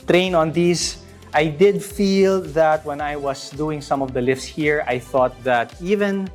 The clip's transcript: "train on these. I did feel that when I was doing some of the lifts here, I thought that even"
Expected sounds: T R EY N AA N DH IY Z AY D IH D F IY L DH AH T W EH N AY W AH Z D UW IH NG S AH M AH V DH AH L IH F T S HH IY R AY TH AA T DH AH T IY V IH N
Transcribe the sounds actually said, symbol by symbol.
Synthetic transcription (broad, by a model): T R EY N AA N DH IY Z AY D IH D F IY L DH AH T W EH N AY W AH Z D UW IH NG S AH M AH V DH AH L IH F S HH IY R AY TH AA T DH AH T IY V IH N